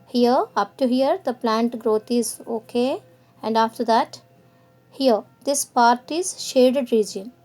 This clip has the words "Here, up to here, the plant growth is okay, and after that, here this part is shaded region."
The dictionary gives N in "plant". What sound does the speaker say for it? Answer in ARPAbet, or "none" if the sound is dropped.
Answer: N